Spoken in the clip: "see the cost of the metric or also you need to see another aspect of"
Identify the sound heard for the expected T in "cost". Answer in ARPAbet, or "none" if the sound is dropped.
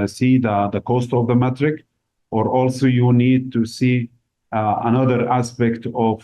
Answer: T